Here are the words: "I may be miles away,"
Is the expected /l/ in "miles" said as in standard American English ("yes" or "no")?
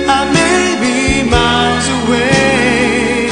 no